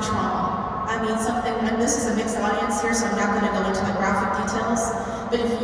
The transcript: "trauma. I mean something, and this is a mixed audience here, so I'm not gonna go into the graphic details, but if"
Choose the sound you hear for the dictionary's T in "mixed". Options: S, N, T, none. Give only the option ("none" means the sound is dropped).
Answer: T